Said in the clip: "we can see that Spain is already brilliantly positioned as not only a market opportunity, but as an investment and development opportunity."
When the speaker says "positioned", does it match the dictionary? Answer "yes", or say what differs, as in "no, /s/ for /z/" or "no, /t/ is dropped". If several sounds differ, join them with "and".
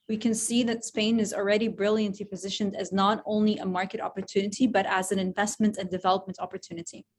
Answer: yes